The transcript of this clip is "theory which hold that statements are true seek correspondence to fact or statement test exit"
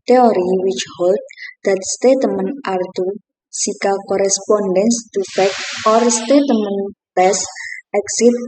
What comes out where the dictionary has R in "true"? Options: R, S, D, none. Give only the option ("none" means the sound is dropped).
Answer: none